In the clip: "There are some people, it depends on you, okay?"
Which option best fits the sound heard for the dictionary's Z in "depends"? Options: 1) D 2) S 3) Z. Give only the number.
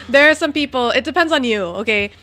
3